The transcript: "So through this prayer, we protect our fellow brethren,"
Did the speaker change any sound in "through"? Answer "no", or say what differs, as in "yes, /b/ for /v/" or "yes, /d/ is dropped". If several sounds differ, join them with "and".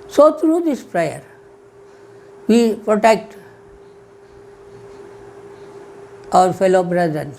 yes, /t/ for /θ/